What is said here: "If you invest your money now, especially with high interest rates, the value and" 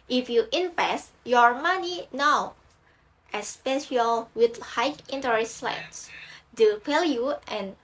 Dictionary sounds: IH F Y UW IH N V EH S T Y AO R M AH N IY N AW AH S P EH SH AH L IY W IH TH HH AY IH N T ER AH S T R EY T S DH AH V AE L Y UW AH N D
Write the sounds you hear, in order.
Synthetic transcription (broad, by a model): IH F Y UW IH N P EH S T Y AO R M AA N IY N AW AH S P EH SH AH L W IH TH HH AY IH N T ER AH S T L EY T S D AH P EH L Y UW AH N